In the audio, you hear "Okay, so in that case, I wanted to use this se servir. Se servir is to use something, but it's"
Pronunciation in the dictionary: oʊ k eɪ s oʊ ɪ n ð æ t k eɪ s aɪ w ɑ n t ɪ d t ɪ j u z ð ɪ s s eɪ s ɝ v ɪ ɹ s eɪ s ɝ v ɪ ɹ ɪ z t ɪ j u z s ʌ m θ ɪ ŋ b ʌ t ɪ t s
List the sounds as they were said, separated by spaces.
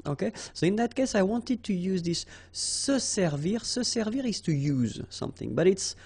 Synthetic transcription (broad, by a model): oʊ k eɪ s oʊ ɪ n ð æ t k eɪ s aɪ w ɑ n t ɪ d t ɪ j u z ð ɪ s s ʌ s ɝ v ɪ ɹ s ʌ s ɝ v ɪ ɹ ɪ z t ɪ j u z s ʌ m θ ɪ ŋ b ʌ t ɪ t s